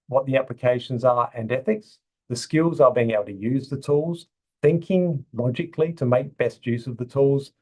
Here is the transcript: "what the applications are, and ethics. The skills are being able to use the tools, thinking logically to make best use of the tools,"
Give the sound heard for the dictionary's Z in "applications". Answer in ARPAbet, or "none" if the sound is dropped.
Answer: Z